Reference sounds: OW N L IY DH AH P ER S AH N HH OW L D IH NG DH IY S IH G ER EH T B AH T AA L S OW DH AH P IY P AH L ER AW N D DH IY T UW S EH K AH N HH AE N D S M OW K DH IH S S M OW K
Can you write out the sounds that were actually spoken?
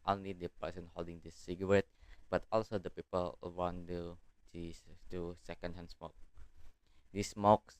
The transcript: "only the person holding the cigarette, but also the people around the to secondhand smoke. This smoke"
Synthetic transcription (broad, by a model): OW N L IY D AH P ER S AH N HH OW L D IH NG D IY S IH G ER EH T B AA T AA L S OW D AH P IY P AH L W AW N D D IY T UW S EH K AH N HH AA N S M OW K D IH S S M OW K